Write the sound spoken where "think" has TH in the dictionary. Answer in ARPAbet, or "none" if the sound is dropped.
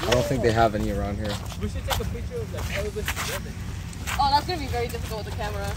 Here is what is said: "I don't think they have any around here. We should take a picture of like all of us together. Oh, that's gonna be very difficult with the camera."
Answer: TH